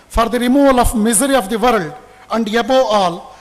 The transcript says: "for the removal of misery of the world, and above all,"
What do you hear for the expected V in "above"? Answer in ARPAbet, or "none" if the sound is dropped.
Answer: none